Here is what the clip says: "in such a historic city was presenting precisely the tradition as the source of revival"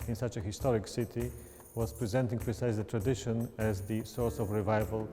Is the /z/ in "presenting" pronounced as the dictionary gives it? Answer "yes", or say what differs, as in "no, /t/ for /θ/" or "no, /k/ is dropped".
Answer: yes